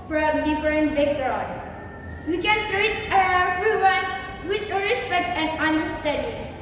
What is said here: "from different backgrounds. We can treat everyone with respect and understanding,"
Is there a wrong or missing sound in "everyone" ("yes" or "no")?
yes